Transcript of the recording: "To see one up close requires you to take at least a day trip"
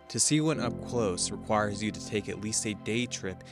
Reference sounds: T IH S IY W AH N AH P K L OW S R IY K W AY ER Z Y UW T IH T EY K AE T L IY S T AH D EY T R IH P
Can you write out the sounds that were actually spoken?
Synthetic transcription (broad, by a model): T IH S IY W AH N AH P K L OW S R IY K W AY ER Z Y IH T IH T EY K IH T L IY S T AH D EY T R IH P